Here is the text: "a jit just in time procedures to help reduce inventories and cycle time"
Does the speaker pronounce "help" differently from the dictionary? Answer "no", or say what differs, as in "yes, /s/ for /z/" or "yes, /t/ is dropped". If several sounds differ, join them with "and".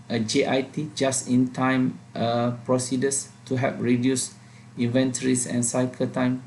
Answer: yes, /l/ is dropped